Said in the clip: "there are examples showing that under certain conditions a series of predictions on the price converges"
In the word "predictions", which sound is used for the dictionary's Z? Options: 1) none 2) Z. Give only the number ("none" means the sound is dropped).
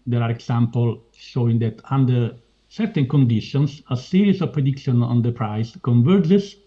1